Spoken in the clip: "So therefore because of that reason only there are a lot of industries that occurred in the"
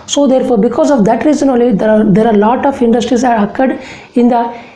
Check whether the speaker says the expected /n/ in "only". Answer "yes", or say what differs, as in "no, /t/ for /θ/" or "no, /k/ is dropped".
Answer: no, /n/ is dropped